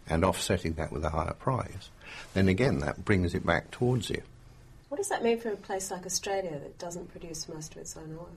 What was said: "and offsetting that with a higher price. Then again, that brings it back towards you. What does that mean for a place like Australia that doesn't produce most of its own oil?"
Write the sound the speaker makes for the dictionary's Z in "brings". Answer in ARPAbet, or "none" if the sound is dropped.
Z